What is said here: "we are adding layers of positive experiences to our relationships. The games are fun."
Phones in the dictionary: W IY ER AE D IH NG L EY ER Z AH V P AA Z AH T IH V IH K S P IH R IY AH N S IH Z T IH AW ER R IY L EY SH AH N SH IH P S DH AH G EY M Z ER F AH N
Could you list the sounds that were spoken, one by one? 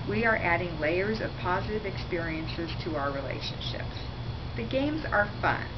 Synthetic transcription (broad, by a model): W IY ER AE D IH NG L EY ER Z AH V P AA Z AH T IH V IH K S P IH R IY AH N S IH Z T IH AW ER R IY L EY SH AH N SH IH P S DH AH G EY M Z ER F AH N